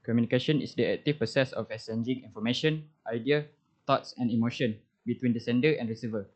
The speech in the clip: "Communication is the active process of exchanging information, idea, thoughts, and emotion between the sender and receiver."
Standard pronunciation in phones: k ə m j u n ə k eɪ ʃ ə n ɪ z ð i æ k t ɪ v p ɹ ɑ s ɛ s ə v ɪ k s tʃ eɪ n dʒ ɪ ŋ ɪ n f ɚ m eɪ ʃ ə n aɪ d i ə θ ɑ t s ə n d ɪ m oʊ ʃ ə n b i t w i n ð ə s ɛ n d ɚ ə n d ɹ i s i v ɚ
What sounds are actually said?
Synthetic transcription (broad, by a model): k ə m j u n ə k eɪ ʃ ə n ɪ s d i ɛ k t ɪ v p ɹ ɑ s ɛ s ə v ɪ s eɪ n dʒ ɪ ŋ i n f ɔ m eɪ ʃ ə n aɪ d i ə t ɑ t s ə n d ɪ m oʊ ʃ ə n b i t w i n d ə s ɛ n d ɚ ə n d ɹ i s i v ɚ